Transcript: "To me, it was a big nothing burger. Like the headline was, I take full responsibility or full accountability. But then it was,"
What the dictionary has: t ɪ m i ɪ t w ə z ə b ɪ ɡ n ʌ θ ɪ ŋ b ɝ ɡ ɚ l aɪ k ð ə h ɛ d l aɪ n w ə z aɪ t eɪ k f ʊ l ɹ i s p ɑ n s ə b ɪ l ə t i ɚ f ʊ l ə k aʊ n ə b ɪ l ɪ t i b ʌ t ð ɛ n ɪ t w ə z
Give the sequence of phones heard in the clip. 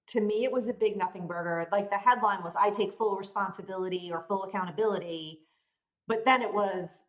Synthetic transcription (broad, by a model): t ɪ m i ɪ t w ə z ə b ɪ ɡ n ʌ θ ɪ ŋ b ɝ ɡ ɚ l aɪ k ð ə h ɛ d l aɪ n w ə z aɪ t eɪ k f ʊ l ɹ i s p ɑ n s ə b ɪ l ə t i ɚ f ʊ l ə k aʊ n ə b ɪ l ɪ t i b ʌ t ð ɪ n ɪ t w ə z